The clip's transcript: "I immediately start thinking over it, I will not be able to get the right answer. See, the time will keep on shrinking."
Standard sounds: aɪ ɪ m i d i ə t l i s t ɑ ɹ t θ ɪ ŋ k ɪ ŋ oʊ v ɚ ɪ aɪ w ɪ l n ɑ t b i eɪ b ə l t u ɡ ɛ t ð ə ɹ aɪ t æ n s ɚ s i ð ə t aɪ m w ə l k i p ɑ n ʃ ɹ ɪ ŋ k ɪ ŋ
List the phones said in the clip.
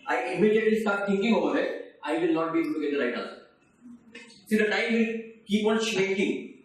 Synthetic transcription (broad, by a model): aɪ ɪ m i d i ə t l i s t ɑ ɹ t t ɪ ŋ k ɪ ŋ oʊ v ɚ ɪ aɪ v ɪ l n ɑ t b i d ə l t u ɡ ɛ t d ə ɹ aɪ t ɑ l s s i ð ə t aɪ m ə k i p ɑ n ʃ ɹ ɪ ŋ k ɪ ŋ